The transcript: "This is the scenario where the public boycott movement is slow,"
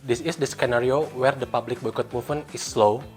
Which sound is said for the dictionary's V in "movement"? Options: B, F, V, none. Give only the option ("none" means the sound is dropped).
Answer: F